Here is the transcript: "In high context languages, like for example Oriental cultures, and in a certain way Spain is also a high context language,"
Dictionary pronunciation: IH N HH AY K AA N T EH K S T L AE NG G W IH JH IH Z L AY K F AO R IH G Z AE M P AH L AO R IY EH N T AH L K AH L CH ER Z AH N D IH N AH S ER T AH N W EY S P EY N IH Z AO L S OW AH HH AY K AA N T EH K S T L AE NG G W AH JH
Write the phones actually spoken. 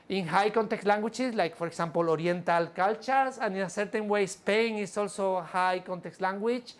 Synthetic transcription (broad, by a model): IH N HH AY K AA N T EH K T L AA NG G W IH CH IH S L AY K P AO R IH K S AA M P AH L AO R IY N T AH L K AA L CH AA S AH N IH N AH S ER T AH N W EY S P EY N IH S AO L S OW HH AY K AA N T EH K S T L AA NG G W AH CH